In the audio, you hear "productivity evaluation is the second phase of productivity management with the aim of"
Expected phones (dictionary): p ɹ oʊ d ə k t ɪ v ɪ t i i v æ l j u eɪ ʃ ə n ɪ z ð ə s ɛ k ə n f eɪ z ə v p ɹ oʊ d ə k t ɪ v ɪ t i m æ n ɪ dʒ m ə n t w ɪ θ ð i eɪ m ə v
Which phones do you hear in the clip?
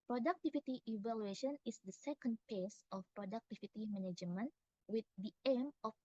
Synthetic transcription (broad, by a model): p ɹ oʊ d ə k t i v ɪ t i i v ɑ l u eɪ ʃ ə n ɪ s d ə s ɛ k ə n p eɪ s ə f p ɹ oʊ d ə k t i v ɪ t i m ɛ n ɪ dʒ m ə n w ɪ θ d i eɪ m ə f